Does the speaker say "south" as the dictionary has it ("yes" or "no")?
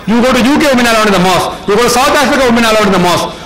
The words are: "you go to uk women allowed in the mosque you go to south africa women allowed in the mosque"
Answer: no